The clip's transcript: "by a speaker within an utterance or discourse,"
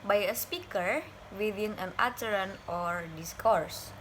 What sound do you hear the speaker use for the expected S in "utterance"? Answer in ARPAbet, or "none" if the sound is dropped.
none